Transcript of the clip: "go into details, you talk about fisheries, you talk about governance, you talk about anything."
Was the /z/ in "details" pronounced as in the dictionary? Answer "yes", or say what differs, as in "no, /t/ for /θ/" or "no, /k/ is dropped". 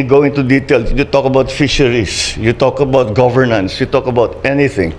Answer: no, /z/ is dropped